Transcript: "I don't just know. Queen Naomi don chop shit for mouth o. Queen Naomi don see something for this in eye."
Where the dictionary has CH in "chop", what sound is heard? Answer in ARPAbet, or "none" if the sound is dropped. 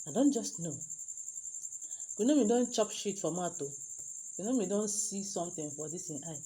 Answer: CH